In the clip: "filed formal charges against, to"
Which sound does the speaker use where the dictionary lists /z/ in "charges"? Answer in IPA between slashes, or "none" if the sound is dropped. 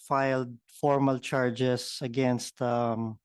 /s/